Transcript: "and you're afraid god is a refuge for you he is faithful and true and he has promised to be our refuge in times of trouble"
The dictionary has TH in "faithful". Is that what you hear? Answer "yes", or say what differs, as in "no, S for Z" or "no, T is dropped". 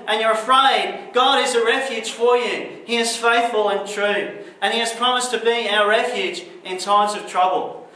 yes